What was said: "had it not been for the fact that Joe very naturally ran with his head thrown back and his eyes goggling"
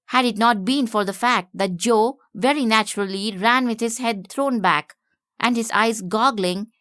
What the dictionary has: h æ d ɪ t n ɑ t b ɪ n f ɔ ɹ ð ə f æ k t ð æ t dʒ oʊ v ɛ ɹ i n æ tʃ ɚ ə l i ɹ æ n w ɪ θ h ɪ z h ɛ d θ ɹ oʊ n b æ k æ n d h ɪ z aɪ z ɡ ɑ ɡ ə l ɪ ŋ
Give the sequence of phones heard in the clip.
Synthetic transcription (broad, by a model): h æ d ɪ t n ɑ t b ɪ n f ɔ ɹ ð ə f æ k t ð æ t dʒ oʊ v ɛ ɹ i n æ tʃ ɚ ə l i ɹ æ n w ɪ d h ɪ z h ɛ d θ ɹ oʊ n b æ k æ n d h ɪ z aɪ z ɡ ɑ ɡ l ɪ ŋ